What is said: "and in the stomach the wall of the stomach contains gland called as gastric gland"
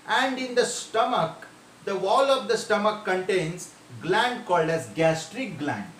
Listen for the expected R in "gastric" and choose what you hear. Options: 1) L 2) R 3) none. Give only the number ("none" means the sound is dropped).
2